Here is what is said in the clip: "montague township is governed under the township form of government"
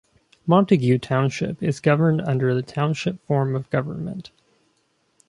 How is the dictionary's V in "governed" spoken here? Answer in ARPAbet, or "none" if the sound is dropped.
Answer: V